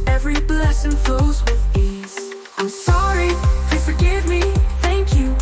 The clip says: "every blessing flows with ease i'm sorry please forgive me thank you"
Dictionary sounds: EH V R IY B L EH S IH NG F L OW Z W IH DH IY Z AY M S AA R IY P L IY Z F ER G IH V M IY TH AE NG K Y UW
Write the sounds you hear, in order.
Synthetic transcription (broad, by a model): EH V R IY B L EH S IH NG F OW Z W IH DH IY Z AY M S AA R IY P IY F ER G IH V M IY TH AE NG K Y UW